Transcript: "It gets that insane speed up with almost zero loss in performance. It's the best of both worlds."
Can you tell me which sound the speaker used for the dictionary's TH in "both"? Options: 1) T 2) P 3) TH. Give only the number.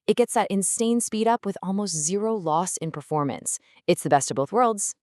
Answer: 3